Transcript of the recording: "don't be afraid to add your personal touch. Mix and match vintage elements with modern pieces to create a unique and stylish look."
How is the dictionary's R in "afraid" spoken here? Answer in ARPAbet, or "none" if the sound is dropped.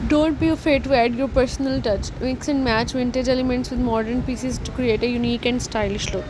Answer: none